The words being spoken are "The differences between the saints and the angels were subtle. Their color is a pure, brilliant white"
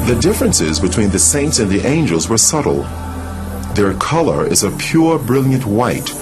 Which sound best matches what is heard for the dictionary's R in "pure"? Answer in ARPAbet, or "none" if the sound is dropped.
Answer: R